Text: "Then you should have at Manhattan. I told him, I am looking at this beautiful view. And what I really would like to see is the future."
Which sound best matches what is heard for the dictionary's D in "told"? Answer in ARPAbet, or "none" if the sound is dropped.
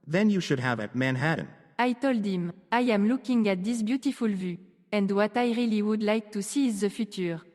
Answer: D